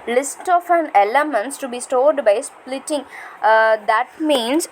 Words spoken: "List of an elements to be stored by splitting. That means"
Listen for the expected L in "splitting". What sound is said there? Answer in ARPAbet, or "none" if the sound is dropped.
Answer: L